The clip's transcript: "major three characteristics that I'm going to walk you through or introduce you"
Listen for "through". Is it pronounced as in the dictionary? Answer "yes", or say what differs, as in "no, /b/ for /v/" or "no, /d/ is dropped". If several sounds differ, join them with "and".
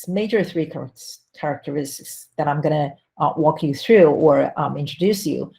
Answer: yes